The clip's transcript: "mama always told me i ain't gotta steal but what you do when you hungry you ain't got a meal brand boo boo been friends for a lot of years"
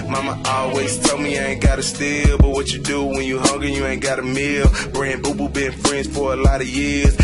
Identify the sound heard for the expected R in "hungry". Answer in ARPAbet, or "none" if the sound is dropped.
none